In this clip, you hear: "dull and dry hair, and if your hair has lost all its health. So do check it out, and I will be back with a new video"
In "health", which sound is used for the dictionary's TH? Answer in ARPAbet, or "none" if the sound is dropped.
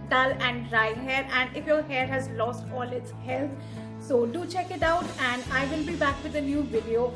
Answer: T